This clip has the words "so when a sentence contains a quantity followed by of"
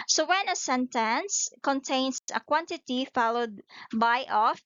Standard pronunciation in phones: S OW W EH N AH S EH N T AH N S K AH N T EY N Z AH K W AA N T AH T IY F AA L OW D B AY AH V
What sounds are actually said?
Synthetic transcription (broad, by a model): S OW W EH N AH S EH N T AH N S K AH N T EY N S AH K W AA N T AH T IY F AA L OW D B AY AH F